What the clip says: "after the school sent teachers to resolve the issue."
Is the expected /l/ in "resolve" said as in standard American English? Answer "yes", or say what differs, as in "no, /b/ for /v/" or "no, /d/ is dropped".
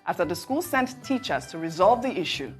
yes